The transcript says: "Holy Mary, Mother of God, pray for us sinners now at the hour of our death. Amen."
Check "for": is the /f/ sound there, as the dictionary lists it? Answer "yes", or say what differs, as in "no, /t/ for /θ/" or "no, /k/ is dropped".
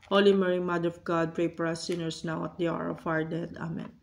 no, /p/ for /f/